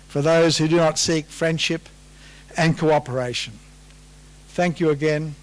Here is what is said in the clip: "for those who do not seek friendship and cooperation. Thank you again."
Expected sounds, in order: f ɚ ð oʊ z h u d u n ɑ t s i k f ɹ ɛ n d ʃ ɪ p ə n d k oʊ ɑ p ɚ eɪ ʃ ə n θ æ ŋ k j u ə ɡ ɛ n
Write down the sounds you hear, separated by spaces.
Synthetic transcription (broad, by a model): f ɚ ð oʊ z h u d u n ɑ t s i k f ɹ ɛ n d ʃ ɪ p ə n k oʊ ɑ p ɚ eɪ ʃ ə n θ æ ŋ k j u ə ɡ ɛ n